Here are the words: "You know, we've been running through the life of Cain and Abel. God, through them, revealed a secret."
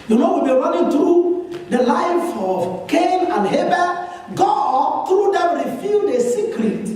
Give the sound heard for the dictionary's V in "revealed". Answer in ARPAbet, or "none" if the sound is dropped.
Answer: F